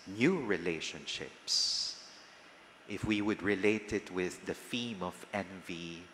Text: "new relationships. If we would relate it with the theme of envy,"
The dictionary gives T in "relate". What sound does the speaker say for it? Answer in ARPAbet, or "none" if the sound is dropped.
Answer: T